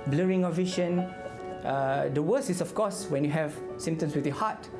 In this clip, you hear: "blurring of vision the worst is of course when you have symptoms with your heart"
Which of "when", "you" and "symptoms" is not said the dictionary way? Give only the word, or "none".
symptoms